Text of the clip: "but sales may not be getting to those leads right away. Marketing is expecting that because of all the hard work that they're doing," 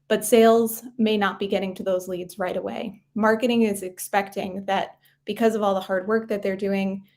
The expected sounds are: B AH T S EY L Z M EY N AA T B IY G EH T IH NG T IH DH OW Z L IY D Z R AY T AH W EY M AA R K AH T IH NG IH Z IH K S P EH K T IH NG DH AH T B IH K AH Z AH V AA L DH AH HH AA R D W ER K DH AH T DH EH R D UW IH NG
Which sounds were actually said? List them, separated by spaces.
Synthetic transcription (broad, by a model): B AH T S EY L Z M EY N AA T B IY G EH T IH NG T IH DH OW Z L IY D Z R AY T AH W EY M AA R K AH T IH NG IH Z IH K S P EH K T IH NG DH AH T B IH K AH Z AH V AA L DH AH HH AA R D W ER K DH AH T DH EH R D UW IH NG